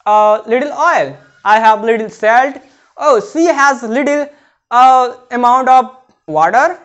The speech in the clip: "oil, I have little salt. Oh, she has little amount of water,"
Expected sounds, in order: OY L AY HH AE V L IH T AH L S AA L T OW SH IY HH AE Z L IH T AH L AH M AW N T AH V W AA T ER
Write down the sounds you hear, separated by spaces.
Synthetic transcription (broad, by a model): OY L AY HH AE V L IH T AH L S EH L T OW S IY HH AE Z L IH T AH L AH M AW N T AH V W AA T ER